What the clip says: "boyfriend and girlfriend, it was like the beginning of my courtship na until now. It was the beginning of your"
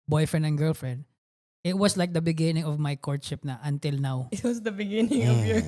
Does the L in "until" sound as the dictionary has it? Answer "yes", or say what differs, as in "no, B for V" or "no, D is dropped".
yes